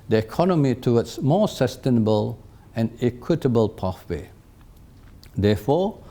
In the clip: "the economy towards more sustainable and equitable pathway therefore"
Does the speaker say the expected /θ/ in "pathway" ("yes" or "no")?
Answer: no